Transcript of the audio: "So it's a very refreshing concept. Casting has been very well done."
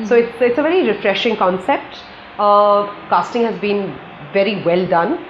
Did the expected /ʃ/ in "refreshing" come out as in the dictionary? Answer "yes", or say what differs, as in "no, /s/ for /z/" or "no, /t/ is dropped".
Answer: yes